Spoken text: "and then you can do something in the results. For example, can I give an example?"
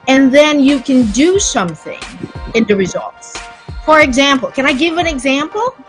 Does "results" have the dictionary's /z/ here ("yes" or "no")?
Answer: yes